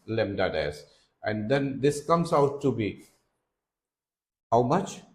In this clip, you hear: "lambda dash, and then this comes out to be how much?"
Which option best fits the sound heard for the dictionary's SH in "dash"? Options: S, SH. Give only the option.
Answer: S